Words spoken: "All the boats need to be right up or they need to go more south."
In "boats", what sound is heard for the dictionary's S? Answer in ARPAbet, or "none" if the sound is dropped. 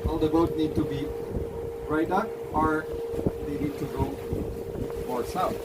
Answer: none